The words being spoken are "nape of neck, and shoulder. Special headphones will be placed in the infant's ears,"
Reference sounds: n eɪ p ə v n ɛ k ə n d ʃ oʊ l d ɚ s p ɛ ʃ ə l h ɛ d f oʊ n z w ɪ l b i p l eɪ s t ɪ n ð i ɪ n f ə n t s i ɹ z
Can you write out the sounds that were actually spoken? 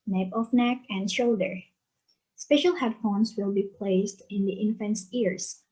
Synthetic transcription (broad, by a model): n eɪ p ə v n ɛ k ə n d ʃ oʊ l d ɚ s p ɛ ʃ ə l h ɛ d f oʊ n s w ɪ l b i p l eɪ s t ɪ n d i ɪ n f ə n s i ɹ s